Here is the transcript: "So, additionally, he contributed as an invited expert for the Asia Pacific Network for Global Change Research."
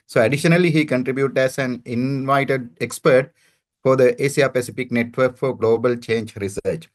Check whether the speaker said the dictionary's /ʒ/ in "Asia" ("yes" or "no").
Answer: no